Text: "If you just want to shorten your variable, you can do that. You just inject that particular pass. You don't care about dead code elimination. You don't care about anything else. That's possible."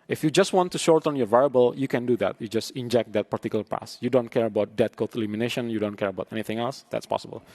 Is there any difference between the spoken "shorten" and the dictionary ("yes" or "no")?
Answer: no